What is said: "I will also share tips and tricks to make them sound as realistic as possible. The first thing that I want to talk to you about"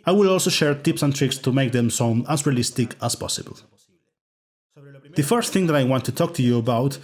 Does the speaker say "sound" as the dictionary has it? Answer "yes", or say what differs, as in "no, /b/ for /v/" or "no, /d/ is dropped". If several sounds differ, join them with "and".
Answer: no, /d/ is dropped